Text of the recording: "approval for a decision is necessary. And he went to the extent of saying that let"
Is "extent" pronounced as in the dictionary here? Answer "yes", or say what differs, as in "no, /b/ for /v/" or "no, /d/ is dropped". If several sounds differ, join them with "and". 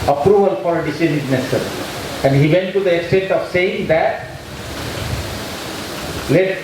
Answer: yes